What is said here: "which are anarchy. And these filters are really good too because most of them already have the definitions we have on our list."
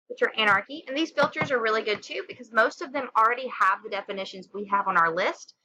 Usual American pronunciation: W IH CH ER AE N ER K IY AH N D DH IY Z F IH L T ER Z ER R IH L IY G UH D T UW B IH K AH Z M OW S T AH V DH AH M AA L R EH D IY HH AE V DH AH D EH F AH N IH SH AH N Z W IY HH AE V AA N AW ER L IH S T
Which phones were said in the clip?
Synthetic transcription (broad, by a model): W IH CH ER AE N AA K IY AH N DH IY Z F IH L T ER Z ER R IH L IY G UH D T UW B IH K AH Z M OW S T AH V DH AH M L R EH D IY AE V DH AH D EH F AH N IH SH AH N Z W IY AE V N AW ER L IH S T